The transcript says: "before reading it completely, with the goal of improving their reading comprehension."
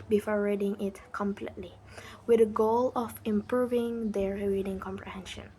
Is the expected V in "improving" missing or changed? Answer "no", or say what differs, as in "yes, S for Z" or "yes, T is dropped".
no